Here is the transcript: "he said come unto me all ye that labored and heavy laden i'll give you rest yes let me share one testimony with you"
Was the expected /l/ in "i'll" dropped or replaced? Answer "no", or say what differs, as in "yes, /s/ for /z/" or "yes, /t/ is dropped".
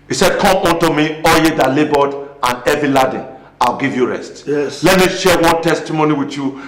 no